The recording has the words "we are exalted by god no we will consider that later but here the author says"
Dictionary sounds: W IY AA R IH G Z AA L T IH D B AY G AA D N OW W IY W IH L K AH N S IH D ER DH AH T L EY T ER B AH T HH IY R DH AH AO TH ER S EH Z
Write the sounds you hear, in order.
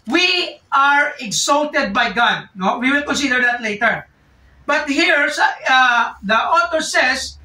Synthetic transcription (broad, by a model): W IY AA R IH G S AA L T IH D B AY G AA D N OW W IY W IH L K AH N S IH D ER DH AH T L EY T ER B AH T HH IY R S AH AO T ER S EH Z